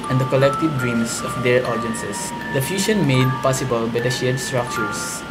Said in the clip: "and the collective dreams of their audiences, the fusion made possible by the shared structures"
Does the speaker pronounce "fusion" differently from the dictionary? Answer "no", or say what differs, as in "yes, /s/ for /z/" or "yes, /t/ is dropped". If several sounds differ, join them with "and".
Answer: yes, /ʃ/ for /ʒ/